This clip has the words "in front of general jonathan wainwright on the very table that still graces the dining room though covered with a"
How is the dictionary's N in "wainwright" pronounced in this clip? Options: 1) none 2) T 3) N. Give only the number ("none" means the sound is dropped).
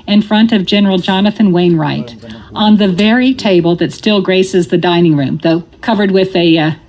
3